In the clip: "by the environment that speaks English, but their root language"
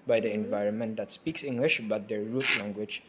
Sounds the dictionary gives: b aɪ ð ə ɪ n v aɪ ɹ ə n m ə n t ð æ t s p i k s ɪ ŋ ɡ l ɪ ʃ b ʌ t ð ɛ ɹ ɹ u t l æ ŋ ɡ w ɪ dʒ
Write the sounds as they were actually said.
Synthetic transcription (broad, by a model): b aɪ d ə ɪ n v aɪ ɹ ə n m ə n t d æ t s p i k s ɪ ŋ ɡ l ɪ ʃ b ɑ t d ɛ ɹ ɹ u t l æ ŋ ɡ w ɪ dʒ